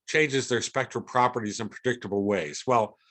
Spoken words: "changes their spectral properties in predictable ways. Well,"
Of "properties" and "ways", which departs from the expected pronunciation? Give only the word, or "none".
none